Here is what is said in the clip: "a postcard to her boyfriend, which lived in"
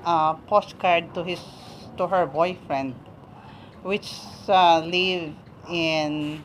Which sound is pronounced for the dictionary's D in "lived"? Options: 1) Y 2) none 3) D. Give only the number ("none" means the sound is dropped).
2